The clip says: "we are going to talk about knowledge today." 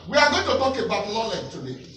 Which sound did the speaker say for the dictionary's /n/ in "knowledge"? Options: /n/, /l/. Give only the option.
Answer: /l/